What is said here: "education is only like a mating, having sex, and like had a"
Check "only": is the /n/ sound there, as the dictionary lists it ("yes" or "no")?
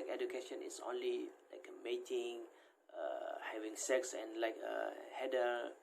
yes